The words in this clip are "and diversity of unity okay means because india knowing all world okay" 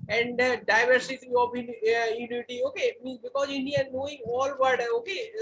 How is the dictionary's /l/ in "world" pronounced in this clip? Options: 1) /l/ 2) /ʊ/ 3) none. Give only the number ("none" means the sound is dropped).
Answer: 3